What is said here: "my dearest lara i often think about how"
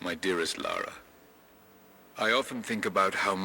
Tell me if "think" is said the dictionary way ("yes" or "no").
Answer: yes